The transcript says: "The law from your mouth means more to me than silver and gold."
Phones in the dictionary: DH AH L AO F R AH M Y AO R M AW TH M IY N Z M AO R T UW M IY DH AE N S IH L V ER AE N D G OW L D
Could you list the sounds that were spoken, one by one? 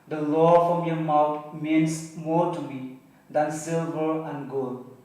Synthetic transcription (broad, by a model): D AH L AO F R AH M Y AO M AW T M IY N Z M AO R T UW M IY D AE N S IH L V ER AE N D G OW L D